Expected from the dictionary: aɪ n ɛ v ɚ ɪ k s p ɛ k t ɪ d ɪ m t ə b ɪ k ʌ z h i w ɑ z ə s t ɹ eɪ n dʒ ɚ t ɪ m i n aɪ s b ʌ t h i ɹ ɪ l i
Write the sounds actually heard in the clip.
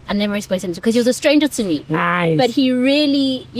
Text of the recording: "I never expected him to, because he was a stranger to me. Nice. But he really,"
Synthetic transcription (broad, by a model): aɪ n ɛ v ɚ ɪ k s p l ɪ ɪ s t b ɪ k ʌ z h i w ɑ z ə s t ɹ eɪ n dʒ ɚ t ɪ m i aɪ b ʌ t h i ɹ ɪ l i